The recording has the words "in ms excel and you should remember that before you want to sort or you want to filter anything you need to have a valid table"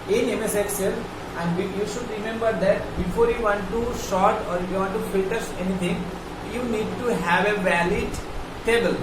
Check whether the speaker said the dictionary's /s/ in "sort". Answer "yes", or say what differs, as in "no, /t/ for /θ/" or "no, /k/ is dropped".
no, /ʃ/ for /s/